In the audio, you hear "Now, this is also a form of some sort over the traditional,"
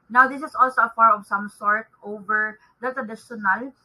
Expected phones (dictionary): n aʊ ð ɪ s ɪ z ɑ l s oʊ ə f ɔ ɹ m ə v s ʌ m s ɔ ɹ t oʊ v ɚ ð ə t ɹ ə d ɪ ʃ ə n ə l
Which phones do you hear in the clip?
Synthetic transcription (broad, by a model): n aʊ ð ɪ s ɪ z ɑ l s oʊ ə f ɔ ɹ ə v s ʌ m s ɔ ɹ t oʊ v ɚ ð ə t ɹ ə d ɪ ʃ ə n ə l